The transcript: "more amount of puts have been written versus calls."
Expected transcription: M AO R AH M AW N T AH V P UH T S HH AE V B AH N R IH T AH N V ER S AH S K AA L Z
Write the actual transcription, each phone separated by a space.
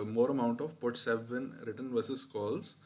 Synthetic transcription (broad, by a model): M AO R AH M AW N T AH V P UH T S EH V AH N R IH T AH N V ER S AH S K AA L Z